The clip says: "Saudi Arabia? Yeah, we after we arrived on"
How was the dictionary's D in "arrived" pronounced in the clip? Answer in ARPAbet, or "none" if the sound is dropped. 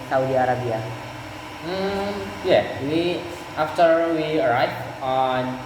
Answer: none